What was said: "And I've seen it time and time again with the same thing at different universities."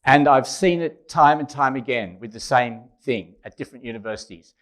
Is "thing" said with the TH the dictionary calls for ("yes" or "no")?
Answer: yes